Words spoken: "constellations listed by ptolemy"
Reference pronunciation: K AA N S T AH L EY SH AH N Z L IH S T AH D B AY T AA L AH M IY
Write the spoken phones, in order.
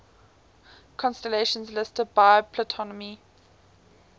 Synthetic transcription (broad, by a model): K AA N S T AH L EY SH AH N Z L IH S T AH D B AY T AA N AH M IY